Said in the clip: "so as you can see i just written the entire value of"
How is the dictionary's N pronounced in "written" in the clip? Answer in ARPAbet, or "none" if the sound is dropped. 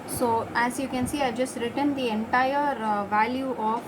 N